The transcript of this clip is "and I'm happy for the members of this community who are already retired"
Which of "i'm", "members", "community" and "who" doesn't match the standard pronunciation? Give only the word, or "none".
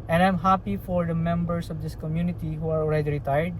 members